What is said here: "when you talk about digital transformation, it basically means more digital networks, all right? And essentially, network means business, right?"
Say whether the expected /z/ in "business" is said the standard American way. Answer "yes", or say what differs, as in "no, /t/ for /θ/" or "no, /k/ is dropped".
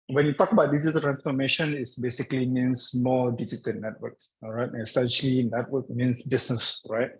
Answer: no, /s/ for /z/